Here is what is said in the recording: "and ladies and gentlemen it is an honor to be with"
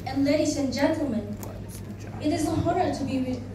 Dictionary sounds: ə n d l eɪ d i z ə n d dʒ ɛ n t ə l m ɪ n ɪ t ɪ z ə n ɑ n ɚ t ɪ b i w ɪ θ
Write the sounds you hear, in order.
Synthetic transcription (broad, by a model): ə n l eɪ d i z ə n dʒ ɛ n t l m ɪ n ɪ t ɪ z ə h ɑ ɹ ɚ t ɪ b i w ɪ